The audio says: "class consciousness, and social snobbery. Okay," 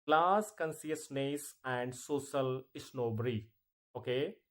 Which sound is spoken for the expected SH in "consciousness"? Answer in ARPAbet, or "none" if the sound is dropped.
S